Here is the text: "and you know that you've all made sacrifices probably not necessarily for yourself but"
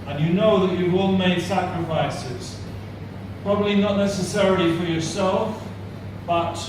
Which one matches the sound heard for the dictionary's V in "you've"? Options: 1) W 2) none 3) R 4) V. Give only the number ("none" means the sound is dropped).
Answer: 1